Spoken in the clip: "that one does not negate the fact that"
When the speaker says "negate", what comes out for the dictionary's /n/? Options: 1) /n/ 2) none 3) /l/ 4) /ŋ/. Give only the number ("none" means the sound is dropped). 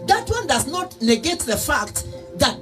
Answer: 3